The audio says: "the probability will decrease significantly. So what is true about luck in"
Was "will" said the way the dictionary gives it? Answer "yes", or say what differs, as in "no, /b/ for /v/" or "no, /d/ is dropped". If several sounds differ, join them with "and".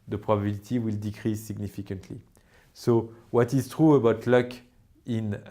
yes